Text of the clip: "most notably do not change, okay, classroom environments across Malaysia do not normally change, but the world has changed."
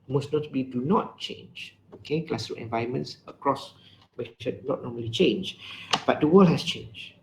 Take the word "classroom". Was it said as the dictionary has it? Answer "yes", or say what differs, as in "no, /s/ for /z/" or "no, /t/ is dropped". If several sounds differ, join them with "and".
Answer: no, /ɹ/ is dropped and /m/ is dropped